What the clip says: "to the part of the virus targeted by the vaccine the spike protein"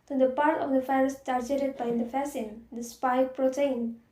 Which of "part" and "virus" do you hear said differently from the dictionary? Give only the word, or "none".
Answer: virus